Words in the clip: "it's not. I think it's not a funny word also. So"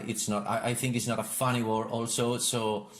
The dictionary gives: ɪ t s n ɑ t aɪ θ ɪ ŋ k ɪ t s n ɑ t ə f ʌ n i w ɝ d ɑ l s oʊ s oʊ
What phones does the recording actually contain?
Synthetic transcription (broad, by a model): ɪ t s n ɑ t aɪ θ ɪ ŋ k ɪ t s n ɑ t ə f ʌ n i w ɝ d ɑ l s oʊ s oʊ